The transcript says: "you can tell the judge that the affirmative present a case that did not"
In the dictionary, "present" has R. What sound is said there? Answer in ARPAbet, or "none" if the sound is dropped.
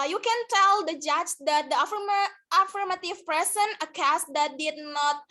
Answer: none